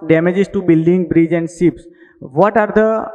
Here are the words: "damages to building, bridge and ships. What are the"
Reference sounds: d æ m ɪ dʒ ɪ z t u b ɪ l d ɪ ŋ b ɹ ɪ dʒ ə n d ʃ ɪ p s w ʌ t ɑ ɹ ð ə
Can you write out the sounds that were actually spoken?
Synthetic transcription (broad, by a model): d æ m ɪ dʒ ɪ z t u b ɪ l d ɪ ŋ b ɹ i dʒ ə n d s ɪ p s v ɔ t ɑ ɹ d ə